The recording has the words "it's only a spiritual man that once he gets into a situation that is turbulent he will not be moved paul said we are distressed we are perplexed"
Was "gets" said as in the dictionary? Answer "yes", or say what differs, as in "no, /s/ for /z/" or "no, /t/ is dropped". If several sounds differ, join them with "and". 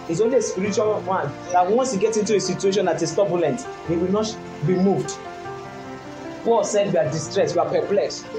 no, /s/ is dropped